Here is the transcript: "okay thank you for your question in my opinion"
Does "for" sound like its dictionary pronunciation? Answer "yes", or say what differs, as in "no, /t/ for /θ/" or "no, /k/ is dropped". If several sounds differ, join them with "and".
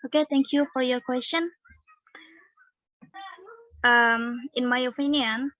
yes